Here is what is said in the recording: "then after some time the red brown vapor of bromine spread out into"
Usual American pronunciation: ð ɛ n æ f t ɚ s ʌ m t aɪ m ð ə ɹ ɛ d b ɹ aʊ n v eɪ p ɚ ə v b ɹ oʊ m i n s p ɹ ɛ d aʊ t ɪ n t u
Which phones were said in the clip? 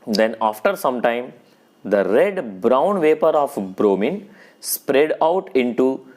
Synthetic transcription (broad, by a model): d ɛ n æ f t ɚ s ʌ m t aɪ m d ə ɹ ɛ d b ɹ aʊ n v eɪ p ɚ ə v b ɹ oʊ m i n s p ɹ ɛ d aʊ t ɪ n t u